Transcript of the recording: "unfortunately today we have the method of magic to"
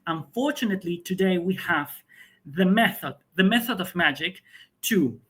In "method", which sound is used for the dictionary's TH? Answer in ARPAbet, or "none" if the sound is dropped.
TH